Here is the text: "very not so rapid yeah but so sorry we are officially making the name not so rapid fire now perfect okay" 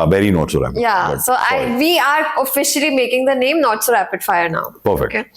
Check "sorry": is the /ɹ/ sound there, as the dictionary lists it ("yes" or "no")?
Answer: no